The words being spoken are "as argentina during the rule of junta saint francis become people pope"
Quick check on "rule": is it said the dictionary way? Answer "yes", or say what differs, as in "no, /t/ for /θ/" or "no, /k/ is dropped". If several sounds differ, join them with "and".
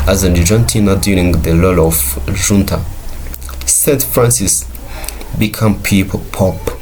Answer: no, /l/ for /ɹ/